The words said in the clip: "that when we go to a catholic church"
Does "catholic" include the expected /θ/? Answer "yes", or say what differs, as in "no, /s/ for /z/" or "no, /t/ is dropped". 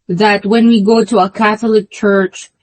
yes